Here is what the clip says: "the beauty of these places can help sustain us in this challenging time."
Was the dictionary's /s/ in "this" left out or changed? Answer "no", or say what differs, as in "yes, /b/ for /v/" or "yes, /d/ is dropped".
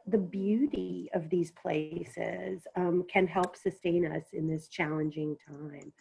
no